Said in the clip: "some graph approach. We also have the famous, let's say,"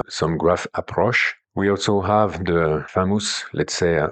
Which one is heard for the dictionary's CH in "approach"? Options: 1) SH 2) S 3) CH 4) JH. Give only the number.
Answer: 1